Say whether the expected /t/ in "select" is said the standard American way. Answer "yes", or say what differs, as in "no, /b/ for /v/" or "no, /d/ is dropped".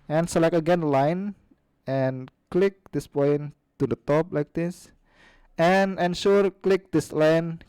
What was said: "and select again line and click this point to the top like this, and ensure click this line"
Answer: no, /t/ is dropped